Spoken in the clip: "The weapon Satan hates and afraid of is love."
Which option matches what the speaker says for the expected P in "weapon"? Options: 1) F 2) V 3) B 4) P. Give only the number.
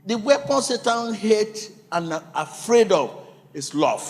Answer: 4